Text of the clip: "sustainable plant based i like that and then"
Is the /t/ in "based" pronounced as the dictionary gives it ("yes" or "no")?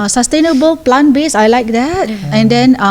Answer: no